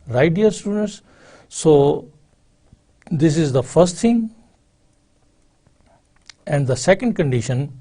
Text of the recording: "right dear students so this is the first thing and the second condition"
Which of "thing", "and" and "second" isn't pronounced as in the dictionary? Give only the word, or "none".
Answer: thing